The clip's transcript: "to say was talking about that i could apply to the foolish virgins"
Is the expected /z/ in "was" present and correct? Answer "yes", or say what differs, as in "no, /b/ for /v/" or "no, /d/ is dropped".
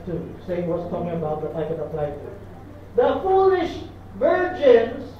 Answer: no, /s/ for /z/